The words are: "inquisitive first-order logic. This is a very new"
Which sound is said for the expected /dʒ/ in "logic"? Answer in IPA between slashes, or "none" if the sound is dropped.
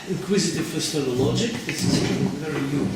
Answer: /dʒ/